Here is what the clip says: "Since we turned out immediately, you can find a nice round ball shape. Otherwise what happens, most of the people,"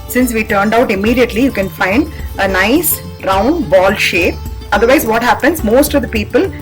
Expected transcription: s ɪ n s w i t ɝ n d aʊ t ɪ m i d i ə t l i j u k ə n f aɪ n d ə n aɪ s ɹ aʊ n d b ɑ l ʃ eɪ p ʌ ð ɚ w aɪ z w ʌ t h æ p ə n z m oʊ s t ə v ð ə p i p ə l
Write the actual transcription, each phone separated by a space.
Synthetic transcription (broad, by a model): s ɪ n s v i t ɝ n d aʊ t ɪ m i d i ə t l i j u k ə n f aɪ n d ə n aɪ s ɹ aʊ n d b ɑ l ʃ eɪ p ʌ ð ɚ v aɪ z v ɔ t h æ p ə n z m oʊ s t ə v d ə p i p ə l